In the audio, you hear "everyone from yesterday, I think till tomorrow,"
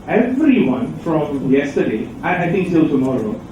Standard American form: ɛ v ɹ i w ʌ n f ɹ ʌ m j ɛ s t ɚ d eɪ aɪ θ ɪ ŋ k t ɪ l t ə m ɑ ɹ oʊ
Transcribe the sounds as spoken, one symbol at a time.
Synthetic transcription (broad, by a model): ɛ v ɹ i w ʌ n f ɹ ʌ m j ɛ s t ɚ d eɪ aɪ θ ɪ ŋ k s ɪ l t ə m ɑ ɹ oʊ